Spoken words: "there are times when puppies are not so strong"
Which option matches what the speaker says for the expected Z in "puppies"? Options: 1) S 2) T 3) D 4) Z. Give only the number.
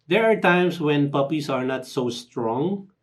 1